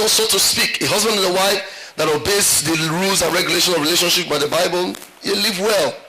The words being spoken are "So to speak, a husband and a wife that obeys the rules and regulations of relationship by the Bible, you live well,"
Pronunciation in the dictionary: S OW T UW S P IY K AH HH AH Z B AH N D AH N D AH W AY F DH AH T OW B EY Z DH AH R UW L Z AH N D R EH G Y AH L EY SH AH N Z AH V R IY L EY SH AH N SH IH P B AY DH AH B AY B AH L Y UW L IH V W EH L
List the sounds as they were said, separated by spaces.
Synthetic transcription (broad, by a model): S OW T UW S P IY K AH HH AH Z B AH N D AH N AH W AY F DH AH T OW B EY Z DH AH R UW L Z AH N R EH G Y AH L EY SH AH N AH V R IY L EY SH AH N SH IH P B AY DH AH B AY B AH L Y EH L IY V W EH L